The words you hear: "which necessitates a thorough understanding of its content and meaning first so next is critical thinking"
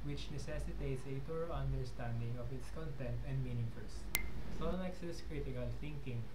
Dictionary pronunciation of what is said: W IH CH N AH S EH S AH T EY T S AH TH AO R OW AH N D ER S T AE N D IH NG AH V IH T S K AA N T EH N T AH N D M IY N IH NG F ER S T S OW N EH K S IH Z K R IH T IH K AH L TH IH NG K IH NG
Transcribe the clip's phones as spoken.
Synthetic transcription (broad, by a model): W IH CH N AH S EH S AH T EY T S AH T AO R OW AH N D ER S T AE N D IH NG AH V IH T S K AA N T EH N T AH N D M IY N IH NG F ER S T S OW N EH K S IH S K R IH T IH K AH L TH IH NG K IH NG